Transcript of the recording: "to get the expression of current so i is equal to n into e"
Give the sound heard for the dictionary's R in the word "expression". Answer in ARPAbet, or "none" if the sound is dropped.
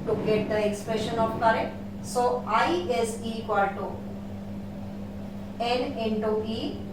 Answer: R